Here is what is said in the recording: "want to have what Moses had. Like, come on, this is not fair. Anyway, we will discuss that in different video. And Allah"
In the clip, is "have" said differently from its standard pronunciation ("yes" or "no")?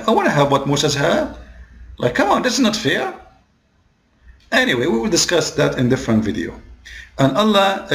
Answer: no